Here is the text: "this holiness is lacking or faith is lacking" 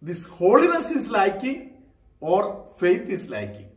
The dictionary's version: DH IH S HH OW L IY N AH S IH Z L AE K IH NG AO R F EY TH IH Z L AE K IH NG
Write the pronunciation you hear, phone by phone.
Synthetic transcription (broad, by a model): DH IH S HH OW L IY N AH S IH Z L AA K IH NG AO R F EY T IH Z L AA K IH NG